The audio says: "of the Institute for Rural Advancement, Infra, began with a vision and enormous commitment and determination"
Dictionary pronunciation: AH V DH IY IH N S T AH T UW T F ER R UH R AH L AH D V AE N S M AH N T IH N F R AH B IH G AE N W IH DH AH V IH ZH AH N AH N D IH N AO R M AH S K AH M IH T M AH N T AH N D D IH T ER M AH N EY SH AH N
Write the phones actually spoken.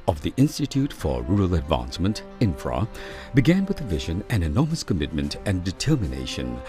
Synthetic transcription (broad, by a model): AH V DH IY IH N S T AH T UW T F ER R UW R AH L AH D V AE N S M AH N T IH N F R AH B IH G AE N W IH DH AH V IH ZH AH N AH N IH N AO R M AH S K AH M IH T M AH N T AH N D D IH T ER M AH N EY SH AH N